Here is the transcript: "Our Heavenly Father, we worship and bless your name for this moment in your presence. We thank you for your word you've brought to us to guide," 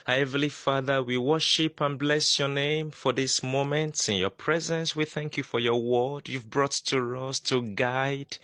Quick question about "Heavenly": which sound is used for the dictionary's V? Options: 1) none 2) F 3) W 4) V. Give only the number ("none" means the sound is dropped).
1